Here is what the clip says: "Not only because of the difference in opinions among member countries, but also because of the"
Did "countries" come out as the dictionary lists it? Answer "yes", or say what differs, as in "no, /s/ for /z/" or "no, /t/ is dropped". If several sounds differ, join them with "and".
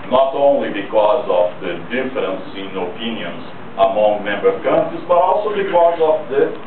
no, /ɹ/ is dropped